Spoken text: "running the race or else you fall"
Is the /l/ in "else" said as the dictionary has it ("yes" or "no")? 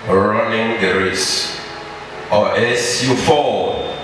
no